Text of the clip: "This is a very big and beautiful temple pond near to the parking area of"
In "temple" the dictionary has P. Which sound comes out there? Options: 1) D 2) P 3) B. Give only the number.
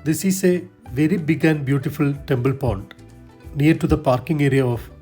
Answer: 3